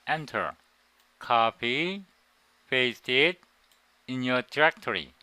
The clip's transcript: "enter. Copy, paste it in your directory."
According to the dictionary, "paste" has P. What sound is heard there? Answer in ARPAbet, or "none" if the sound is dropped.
F